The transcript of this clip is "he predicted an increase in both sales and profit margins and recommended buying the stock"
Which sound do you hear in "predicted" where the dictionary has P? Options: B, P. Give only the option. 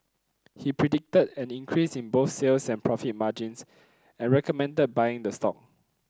P